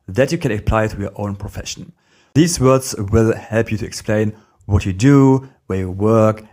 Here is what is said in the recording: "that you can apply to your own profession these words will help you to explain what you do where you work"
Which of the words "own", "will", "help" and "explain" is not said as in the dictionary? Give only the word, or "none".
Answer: none